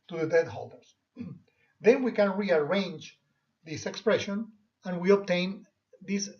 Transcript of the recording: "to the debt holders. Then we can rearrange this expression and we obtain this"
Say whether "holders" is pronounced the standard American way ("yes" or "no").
no